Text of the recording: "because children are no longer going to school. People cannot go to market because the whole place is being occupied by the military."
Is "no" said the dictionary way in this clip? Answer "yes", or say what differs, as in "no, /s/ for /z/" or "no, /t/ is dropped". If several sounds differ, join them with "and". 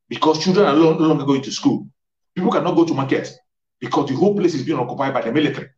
no, /l/ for /n/